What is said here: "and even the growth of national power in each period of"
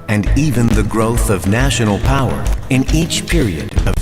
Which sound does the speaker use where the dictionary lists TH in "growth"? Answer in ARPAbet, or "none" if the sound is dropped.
TH